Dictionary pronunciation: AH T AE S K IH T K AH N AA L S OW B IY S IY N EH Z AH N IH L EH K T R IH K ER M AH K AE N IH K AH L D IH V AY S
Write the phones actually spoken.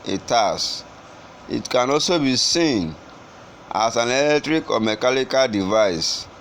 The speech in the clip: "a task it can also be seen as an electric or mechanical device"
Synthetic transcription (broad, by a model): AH T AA S IH T K AH N AA L S OW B IY S IY N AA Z AH N IH L EH K T R IH K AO M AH K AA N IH K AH L D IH V AY S